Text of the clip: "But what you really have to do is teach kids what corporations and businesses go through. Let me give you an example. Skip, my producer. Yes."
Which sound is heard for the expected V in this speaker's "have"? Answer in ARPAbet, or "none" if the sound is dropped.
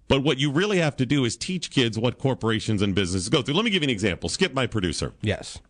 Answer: F